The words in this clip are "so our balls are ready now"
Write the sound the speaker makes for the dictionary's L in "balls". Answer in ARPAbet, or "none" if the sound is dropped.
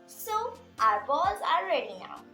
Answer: none